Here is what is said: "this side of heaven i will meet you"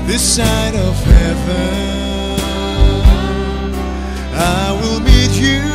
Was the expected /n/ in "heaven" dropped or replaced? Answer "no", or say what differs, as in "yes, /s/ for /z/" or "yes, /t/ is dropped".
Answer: yes, /n/ is dropped